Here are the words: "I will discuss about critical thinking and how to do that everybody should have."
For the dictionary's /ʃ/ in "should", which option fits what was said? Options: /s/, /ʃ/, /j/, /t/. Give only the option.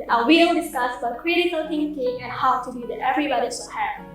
/s/